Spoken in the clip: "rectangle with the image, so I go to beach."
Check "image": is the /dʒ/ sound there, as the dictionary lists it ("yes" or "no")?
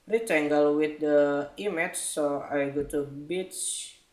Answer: no